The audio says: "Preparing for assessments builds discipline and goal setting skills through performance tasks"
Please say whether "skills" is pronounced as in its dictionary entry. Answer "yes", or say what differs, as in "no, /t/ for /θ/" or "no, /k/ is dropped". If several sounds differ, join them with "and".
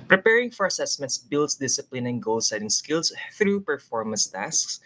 no, /s/ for /z/